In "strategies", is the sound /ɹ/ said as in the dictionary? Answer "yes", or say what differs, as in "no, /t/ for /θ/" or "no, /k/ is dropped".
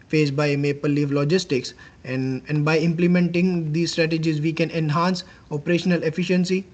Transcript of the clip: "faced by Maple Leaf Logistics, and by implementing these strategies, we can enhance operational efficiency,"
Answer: yes